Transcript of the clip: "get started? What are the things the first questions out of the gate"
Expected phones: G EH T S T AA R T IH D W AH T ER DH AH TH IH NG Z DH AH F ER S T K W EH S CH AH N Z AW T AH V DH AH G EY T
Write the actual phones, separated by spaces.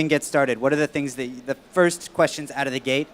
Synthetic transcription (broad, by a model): G EH T S T AA R T IH D W AH T ER DH AH TH IH NG Z DH AH F ER S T K W EH S CH AH N Z AW T AH V DH AH G EY T